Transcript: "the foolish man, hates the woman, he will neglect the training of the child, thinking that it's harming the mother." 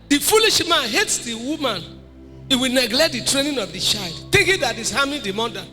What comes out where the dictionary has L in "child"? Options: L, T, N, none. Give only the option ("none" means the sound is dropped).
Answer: L